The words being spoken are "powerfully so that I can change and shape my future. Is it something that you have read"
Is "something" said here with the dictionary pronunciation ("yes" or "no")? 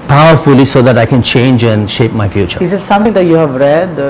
no